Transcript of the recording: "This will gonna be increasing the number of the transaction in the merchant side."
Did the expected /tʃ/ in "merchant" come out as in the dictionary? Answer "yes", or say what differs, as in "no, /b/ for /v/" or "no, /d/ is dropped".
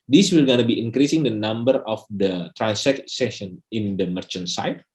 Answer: yes